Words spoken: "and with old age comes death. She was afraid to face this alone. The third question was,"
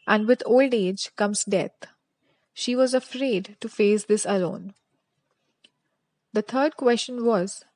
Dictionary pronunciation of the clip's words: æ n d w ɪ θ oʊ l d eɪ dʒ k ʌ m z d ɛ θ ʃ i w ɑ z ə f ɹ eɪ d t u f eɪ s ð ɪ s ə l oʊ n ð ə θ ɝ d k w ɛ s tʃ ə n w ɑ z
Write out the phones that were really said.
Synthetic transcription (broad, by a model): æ n d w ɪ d oʊ l d eɪ dʒ k ʌ m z d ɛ t ʃ i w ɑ z ə f ɹ eɪ d t u f eɪ s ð ɪ s ə l oʊ n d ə t ɝ d k w ɛ s tʃ ə n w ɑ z